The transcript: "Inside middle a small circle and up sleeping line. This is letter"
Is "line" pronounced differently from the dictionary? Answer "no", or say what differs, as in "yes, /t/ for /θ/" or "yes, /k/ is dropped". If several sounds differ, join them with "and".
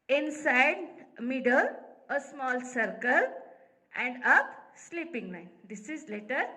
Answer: yes, /n/ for /l/